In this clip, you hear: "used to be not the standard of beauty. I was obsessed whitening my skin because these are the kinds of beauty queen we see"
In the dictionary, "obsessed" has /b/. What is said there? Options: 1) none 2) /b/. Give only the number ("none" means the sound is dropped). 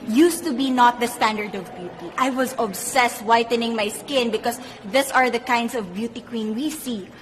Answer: 2